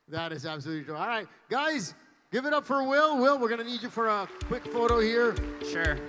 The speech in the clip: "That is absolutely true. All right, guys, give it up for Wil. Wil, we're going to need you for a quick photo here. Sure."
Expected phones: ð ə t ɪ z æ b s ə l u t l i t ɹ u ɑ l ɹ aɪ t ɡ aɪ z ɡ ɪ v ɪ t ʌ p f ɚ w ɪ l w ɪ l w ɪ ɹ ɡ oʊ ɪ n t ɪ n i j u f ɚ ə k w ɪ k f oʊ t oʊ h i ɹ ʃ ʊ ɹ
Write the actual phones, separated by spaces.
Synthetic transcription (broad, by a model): ð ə t ɪ z æ b s ə l u t l i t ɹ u ɑ l ɹ aɪ t ɡ aɪ z ɡ ɪ v ɪ t ʌ p f ɚ w ɪ l w ɪ l w ɪ ɹ ɡ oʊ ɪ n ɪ n i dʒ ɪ f ɚ ə k w ɪ k f oʊ t oʊ h i ɹ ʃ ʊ ɹ